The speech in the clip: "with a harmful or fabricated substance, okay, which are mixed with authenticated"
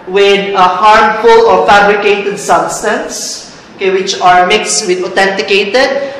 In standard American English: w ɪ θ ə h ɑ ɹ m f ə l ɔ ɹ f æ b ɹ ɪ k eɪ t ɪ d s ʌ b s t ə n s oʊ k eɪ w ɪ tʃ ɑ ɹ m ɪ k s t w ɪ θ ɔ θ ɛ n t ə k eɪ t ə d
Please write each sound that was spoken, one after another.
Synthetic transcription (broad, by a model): w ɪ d ə h ɑ ɹ m f ə l ɔ ɹ f æ b ɹ ɪ k eɪ t ɪ d s ʌ b s t ə n s oʊ k eɪ w ɪ tʃ ɑ ɹ m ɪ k s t w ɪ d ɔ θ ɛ n t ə k eɪ t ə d